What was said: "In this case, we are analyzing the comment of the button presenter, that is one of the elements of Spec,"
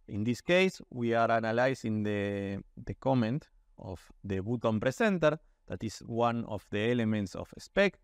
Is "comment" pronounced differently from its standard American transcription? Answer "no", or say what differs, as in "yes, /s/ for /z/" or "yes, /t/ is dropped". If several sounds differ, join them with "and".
no